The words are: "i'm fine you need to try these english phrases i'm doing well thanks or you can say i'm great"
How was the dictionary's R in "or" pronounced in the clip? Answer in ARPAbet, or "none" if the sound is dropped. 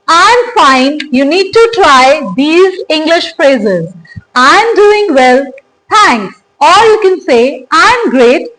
L